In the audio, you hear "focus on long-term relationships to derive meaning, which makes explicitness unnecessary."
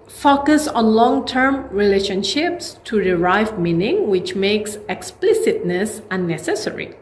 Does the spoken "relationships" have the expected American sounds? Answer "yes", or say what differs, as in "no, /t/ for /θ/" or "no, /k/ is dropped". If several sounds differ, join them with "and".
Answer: yes